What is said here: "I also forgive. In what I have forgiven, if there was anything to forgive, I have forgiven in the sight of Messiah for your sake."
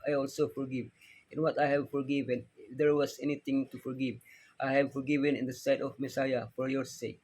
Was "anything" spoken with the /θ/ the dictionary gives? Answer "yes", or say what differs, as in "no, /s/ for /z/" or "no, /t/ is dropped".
no, /t/ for /θ/